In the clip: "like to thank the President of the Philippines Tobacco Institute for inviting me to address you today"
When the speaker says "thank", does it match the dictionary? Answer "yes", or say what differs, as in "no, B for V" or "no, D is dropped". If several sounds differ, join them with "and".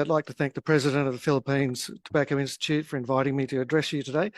yes